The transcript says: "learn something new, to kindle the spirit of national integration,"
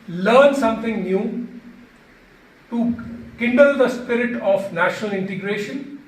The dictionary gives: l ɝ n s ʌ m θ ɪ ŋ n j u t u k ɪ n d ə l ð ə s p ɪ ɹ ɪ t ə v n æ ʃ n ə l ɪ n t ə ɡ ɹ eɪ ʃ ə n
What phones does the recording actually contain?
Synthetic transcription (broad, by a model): l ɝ n s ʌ m t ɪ ŋ n j u t u k ɪ n d ə l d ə s p ɪ ɹ ɪ t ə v n æ ʃ n ə l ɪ n t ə ɡ ɹ eɪ ʃ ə n